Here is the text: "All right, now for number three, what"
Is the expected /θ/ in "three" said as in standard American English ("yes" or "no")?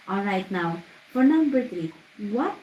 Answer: no